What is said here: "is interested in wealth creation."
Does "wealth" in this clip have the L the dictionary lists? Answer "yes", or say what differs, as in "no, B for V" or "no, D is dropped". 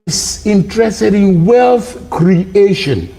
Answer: yes